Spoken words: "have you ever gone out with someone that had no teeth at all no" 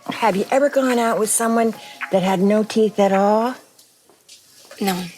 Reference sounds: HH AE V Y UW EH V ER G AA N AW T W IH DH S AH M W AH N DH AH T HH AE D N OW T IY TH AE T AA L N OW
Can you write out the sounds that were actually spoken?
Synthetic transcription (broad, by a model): HH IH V Y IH EH V ER G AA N AW T W IH DH S AH M W AH N DH AH T HH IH D N OW T IY TH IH T AA L N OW